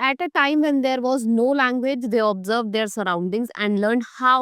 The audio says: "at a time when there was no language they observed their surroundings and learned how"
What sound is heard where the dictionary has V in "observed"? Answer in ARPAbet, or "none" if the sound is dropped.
V